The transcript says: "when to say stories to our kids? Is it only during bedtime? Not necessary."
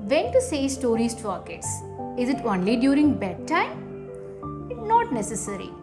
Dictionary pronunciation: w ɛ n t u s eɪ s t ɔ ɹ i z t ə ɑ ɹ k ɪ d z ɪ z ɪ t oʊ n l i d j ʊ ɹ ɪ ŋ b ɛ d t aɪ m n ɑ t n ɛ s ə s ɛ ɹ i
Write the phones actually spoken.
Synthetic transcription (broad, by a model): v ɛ n t u s eɪ s t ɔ ɹ i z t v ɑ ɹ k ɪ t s ɪ z ɪ t oʊ n l i d j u ɹ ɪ ŋ b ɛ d t aɪ m n ɑ t n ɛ s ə s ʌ ɹ i